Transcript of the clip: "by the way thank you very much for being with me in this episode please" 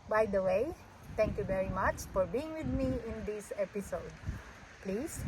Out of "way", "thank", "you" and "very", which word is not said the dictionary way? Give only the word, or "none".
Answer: thank